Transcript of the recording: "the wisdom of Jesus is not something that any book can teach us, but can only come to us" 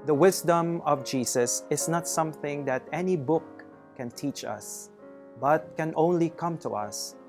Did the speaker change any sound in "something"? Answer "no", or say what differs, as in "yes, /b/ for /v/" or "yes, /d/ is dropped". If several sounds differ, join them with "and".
no